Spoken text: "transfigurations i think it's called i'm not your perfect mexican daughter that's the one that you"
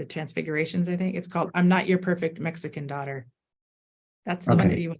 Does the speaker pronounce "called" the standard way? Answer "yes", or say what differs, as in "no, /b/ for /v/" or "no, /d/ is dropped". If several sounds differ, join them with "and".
yes